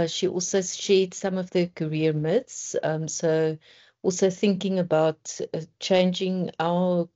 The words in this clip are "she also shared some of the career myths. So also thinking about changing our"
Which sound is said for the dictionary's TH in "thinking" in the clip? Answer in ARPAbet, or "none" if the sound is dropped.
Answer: TH